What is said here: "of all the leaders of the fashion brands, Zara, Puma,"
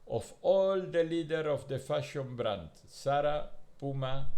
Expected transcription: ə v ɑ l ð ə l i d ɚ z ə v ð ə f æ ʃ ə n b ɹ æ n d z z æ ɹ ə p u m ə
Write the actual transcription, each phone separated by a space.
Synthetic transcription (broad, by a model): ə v ɑ l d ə l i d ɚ ə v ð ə f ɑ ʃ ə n b ɹ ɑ n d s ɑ ɹ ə p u m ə